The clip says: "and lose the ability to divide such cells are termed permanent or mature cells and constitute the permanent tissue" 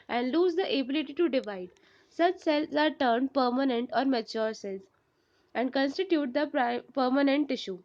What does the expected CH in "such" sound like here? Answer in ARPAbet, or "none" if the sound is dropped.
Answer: CH